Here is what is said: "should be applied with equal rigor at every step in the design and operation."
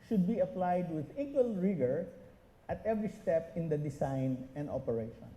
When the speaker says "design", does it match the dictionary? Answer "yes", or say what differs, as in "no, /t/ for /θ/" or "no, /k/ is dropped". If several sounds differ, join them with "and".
no, /s/ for /z/